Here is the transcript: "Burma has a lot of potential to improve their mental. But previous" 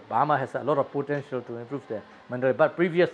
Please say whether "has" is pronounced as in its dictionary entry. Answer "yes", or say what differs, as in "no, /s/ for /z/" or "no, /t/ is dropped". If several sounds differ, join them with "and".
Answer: no, /s/ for /z/